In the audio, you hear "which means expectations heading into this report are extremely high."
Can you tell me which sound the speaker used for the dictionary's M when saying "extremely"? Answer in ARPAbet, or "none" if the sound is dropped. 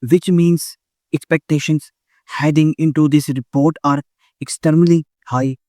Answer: none